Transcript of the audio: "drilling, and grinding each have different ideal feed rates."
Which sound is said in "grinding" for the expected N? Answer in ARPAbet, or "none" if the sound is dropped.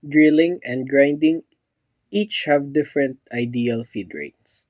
N